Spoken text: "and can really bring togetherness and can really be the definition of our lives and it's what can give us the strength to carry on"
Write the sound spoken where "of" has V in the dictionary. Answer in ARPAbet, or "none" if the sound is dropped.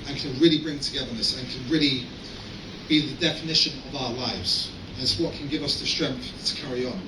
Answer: V